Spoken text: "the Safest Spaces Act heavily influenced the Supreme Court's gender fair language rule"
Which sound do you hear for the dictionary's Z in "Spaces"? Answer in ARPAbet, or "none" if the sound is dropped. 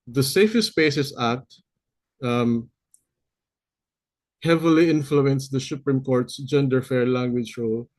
S